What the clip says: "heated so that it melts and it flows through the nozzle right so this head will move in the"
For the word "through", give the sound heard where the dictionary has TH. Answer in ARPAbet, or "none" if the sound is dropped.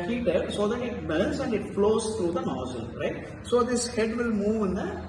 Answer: T